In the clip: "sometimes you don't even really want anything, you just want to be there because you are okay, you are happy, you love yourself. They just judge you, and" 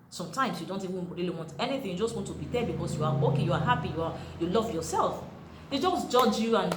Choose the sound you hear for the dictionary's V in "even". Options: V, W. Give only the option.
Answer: W